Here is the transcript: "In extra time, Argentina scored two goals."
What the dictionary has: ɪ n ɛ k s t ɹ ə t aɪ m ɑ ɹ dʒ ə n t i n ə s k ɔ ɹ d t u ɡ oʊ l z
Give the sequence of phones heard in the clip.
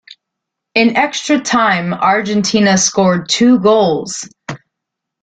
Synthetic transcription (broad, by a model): ɪ n ɛ k s t ɹ ə t aɪ m ɑ ɹ dʒ ə n t i n ə s k ɔ ɹ d t u ɡ oʊ l z